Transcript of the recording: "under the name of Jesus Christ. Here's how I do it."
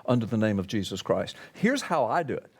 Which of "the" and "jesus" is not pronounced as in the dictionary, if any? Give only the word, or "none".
none